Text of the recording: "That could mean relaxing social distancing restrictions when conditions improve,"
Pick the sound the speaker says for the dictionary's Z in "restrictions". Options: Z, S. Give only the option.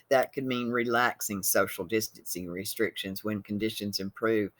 Z